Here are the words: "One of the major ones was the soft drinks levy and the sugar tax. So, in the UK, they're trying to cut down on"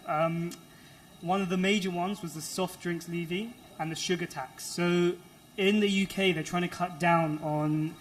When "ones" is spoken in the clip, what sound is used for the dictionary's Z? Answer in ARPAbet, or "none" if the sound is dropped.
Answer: Z